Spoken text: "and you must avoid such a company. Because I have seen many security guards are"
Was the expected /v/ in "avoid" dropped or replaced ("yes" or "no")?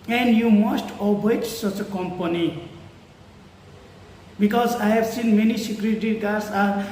yes